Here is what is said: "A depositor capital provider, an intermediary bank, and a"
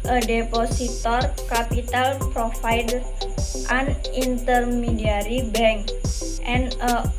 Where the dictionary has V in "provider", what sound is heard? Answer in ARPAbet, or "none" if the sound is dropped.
F